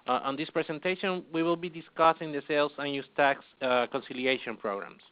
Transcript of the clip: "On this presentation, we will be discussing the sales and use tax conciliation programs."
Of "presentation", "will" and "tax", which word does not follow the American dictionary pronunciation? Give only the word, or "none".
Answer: presentation